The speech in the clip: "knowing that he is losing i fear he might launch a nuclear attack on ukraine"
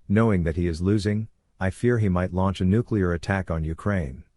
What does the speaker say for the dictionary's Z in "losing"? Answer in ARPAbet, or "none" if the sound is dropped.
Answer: Z